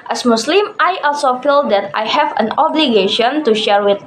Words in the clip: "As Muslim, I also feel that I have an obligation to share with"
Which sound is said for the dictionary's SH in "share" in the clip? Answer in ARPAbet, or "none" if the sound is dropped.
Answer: SH